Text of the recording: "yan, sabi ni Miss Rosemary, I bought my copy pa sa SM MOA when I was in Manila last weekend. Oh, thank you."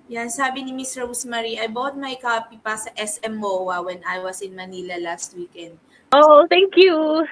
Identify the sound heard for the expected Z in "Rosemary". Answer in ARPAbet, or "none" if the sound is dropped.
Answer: S